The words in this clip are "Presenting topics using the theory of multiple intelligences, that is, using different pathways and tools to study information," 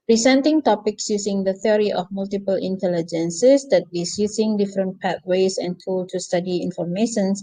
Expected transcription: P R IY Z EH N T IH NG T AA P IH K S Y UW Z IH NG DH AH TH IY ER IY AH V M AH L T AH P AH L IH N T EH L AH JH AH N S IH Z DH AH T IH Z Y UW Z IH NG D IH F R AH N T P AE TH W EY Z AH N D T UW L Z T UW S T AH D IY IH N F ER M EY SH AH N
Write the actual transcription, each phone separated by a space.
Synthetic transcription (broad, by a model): P R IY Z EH N T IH NG T AA P IH K S Y UW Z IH NG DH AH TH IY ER IY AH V M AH L T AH P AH L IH N T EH L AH JH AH N S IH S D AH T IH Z Y UW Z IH NG D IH F R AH N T P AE T W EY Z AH N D T UW L T UW S T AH D IY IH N F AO M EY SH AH N